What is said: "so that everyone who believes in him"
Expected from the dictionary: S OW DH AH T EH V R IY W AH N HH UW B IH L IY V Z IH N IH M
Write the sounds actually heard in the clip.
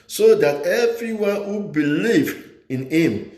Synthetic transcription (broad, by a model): S OW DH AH T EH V R IY W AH N HH UW B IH L IY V IH N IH M